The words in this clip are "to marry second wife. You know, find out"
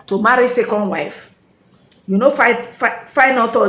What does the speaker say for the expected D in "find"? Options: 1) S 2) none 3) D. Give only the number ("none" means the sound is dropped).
2